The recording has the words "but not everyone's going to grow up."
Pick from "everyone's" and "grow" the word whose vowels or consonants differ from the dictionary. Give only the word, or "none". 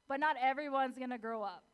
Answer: none